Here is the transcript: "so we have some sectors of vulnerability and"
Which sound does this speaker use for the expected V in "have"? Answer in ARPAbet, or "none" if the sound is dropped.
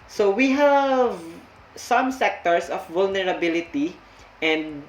V